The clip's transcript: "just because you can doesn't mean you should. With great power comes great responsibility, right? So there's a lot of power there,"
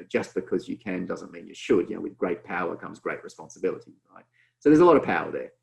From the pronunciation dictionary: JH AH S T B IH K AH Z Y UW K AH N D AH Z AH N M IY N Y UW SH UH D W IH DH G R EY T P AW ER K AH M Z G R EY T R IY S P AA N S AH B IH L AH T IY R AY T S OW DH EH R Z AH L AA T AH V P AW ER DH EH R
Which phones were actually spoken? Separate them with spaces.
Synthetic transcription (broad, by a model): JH AH S B IH K AH Z Y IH K AH N D AH Z AH N M IY N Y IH SH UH D W IH DH G R EY T P AW ER K AH M Z G R EY T R IY S P AA N S AH B IH L AH T IY R AY T S OW DH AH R Z AH L AA T AH V P AW ER DH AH R